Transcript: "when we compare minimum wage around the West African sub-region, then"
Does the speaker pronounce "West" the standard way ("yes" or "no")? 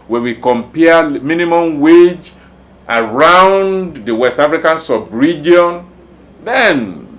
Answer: yes